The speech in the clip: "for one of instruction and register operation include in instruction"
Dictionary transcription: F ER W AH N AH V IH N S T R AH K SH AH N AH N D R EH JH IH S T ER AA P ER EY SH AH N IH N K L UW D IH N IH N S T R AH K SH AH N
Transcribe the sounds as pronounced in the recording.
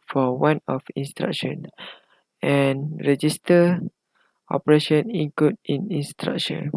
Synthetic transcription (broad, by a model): F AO W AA N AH F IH N S T R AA K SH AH N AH N R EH JH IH S T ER AA P ER EY SH AH N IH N K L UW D IH N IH N S T R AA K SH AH N